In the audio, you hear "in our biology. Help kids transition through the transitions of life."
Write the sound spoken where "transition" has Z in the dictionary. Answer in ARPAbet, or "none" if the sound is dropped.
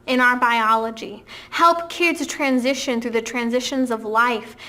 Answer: Z